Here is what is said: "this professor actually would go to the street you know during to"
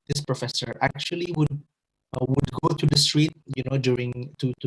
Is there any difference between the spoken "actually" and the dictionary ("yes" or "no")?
yes